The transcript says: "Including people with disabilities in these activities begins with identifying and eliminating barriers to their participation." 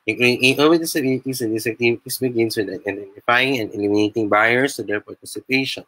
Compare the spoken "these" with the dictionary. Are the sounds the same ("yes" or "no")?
no